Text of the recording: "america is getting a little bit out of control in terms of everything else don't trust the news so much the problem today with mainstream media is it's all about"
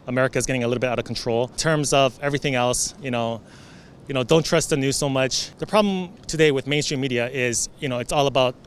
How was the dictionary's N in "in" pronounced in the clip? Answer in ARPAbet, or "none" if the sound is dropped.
L